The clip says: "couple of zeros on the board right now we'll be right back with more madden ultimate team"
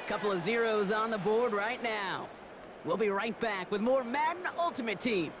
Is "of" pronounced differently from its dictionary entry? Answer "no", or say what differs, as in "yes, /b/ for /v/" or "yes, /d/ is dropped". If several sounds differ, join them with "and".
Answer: no